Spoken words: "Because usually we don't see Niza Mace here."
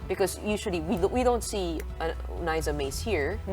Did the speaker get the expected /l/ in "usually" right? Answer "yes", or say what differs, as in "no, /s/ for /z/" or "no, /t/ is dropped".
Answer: no, /w/ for /l/